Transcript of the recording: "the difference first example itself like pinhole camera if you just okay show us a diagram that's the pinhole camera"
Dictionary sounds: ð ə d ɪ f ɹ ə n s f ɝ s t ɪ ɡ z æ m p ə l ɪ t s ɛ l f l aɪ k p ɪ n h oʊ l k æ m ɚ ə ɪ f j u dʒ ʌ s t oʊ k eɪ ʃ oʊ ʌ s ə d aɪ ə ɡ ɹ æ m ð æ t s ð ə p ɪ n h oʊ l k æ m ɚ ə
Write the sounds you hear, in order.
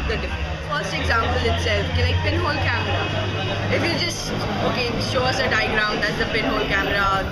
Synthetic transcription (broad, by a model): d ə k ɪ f ə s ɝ s t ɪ ɡ z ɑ m p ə l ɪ t s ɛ l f l aɪ k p ɪ n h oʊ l k æ m ɚ ə ɪ f j u dʒ ʌ s t oʊ k eɪ ʃ oʊ ʌ s ə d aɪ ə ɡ ɹ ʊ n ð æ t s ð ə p ɪ n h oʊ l k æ m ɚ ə